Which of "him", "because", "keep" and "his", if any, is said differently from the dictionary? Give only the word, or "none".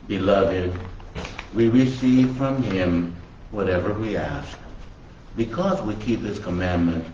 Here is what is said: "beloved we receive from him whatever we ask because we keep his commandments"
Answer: his